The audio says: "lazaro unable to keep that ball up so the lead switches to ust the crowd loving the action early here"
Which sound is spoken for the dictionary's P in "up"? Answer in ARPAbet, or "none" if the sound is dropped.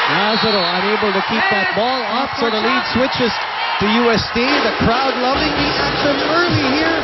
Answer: F